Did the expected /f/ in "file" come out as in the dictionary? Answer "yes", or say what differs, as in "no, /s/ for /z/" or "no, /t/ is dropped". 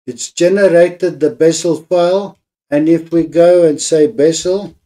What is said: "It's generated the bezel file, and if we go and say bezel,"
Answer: yes